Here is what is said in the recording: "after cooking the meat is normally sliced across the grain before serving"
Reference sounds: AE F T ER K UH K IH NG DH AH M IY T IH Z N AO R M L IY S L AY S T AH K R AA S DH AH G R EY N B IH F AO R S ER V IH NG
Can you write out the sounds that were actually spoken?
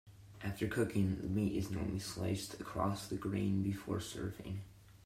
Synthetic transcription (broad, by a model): AE F T ER K UH K IH NG DH AH M IY T IH Z N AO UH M L IY S L AY S T AH K R AA S DH AH G R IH N B IH F AO R S ER V IH NG